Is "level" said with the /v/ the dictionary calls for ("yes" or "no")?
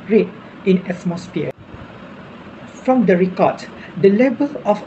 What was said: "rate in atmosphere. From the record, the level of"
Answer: no